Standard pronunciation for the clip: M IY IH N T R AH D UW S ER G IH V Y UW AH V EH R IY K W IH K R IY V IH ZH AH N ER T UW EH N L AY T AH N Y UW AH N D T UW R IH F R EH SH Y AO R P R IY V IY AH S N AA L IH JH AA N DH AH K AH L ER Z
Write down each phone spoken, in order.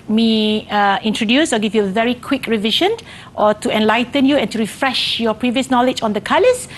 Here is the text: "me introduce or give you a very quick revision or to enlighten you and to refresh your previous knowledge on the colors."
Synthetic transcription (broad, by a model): M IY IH N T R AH D UW S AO G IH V Y UW AH V EH R IY K W IH K R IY V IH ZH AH N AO T UW EH N L AY T AH N Y UW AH N T UW R IH F R EH SH Y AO P R IY V IY AH S N AA L IH JH AA N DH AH K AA L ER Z